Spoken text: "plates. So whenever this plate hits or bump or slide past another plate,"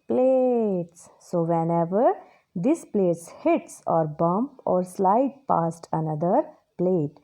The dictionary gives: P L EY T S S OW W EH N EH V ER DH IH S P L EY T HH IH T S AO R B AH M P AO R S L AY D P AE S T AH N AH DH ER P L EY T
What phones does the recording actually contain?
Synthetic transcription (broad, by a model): P L EY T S S OW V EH N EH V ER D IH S P L EY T HH IH T S AO R B AH M P AO R S L AY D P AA S T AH N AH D ER P L EY T